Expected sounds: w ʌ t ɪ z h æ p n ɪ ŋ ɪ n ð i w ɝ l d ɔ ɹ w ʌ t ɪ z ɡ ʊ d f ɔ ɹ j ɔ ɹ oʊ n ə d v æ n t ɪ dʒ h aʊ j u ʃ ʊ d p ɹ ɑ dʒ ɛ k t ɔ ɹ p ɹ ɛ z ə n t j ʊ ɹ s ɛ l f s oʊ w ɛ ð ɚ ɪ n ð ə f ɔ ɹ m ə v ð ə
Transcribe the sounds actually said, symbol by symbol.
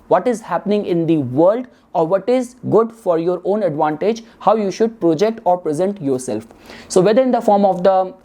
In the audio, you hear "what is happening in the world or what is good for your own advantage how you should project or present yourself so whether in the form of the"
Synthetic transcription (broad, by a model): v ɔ t ɪ z h æ p n ɪ ŋ ɪ n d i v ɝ l d ɔ ɹ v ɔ t ɪ z ɡ ʊ d f ɔ ɹ j ɔ ɹ oʊ n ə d v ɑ n t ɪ dʒ h aʊ j u ʃ ʊ d p ɹ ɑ dʒ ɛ k t ɔ ɹ p ɹ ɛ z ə n t j ʊ ɹ s ɛ l f s oʊ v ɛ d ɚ ɪ n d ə f ɔ ɹ m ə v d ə